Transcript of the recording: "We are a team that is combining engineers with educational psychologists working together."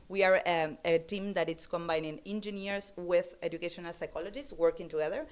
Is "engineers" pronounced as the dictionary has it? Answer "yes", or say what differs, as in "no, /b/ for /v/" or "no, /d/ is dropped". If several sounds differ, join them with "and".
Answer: no, /s/ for /z/